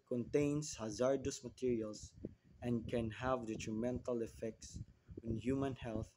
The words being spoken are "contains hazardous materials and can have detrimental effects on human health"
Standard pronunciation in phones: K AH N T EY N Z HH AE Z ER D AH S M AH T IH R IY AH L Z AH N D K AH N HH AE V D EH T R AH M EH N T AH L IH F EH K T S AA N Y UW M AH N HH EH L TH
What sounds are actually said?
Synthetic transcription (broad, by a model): K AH N T EY N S HH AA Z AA D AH S M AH T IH R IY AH L S AH N D K AH N HH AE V D EH T R AH M EH N T AH L IH F EH K T S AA N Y UW M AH N HH EH L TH